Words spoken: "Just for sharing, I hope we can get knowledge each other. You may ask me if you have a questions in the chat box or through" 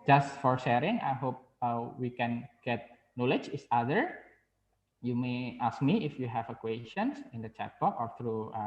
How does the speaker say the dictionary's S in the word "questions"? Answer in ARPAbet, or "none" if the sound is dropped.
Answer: none